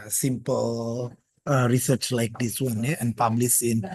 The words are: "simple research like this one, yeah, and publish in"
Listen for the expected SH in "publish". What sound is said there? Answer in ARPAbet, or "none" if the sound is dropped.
S